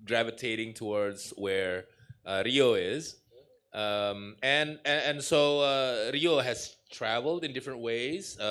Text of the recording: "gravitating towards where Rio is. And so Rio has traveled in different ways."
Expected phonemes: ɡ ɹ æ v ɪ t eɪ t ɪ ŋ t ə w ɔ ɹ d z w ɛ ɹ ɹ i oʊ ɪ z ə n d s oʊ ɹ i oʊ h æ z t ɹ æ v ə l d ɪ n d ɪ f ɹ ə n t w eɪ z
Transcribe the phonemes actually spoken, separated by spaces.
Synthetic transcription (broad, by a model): ɡ ɹ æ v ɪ t eɪ t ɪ ŋ t ə w ɔ ɹ d z w ɛ ɹ ɹ i oʊ ɪ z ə n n s oʊ ɹ i oʊ h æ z t ɹ æ v ə l d ɪ n d ɪ f ɹ ə n t w eɪ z